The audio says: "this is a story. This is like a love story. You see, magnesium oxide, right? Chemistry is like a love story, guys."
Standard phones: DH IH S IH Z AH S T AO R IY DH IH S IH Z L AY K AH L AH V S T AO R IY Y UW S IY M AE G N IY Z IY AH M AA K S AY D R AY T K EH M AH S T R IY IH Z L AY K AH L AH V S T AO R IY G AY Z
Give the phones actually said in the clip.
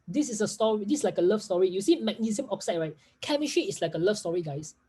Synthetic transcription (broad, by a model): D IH S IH S AH S T AO R IY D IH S L AY K AH L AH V S T AO R IY Y UW S IY M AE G N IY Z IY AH M AA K S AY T R AY T K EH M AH SH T IY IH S L AY K AH L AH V S T AO R IY G AY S